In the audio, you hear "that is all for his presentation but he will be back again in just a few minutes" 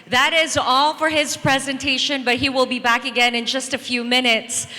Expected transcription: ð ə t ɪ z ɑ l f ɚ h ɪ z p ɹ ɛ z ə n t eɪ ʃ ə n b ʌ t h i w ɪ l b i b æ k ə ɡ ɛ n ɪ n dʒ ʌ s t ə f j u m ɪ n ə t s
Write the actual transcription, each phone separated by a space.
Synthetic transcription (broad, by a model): ð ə t ɪ z ɑ l f ɚ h ɪ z p ɹ ɛ z ə n t eɪ ʃ ə n b ʌ t h i w ɪ l b i b æ k ə ɡ ɛ n ɪ n dʒ ʌ s t ə f j u m ɪ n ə t s